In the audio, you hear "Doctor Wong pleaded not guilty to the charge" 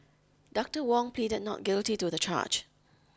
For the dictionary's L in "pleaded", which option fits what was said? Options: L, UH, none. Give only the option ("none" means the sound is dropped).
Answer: L